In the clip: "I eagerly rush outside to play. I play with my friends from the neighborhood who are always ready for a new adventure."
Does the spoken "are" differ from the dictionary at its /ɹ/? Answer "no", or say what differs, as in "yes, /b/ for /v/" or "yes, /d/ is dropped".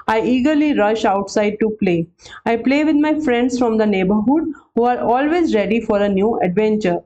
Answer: no